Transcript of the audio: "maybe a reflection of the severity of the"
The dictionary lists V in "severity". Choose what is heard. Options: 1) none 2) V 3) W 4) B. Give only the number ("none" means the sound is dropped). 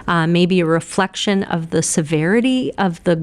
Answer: 2